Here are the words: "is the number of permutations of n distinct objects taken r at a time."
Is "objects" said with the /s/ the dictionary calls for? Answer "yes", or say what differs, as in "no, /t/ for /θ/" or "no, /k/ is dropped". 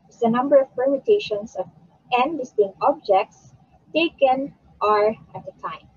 yes